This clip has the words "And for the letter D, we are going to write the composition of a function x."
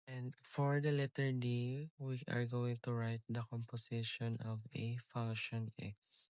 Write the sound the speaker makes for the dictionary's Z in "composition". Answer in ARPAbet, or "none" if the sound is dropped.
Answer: S